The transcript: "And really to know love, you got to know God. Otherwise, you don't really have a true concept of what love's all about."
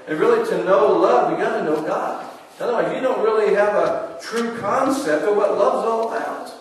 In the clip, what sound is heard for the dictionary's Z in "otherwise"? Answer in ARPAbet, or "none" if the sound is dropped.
none